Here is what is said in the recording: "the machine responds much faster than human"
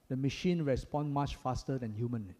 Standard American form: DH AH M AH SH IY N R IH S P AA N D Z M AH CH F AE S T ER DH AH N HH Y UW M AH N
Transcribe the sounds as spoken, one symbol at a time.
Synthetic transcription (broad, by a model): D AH M AH SH IY N R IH S P AA N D M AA CH F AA S T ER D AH N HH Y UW M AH N